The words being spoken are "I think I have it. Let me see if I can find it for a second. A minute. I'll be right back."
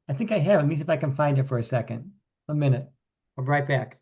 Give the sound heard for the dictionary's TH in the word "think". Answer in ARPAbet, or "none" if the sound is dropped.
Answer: TH